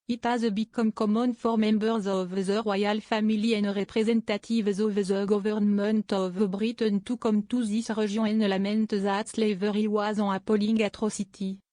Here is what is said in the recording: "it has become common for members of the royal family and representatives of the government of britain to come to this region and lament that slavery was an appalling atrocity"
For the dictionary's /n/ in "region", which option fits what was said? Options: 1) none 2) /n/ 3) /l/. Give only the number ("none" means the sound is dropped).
1